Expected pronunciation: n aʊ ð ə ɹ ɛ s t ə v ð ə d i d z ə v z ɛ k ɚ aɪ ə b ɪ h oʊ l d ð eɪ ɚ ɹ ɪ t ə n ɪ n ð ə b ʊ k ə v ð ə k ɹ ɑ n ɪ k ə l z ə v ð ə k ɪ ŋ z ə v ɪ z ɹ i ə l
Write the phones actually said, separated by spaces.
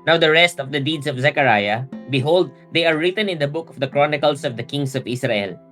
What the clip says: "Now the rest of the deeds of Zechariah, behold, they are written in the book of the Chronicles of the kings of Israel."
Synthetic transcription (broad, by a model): n aʊ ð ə ɹ ɛ s t ə v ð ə d i d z ə v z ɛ k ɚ aɪ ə b ɪ h oʊ l d eɪ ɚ ɹ ɪ t ə n ɪ n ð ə b ʊ k ə v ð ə k ɹ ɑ n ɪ k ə l s ə v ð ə k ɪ ŋ s ə v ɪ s ɹ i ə l